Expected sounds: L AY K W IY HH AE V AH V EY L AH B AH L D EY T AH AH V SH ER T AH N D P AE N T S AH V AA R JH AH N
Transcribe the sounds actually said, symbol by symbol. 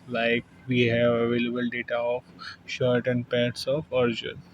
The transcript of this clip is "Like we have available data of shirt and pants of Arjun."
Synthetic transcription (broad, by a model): L AY K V IY HH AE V AH V EY L AH B AH L D EY T AH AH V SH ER T AH N D P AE T S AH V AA R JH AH N